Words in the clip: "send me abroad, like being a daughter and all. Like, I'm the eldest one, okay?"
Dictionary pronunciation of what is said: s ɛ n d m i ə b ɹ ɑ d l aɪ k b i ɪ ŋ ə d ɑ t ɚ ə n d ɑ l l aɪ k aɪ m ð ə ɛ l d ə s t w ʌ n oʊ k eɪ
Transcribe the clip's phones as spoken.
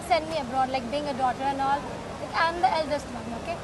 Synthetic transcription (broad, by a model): s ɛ n d m i ə b ɹ ɑ d l aɪ k b i ɪ ŋ ə d ɑ t ɚ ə n ɑ l l aɪ k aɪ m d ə ɛ l d ə s t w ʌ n oʊ k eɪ